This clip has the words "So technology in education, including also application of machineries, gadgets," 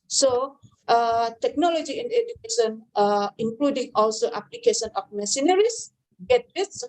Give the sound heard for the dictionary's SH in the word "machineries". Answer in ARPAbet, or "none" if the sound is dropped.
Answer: S